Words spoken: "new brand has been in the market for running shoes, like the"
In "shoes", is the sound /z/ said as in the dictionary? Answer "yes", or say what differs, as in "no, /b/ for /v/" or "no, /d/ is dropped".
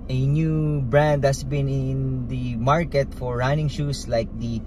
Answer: no, /s/ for /z/